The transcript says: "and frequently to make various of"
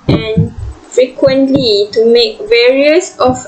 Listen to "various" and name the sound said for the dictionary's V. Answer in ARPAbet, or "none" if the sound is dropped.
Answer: V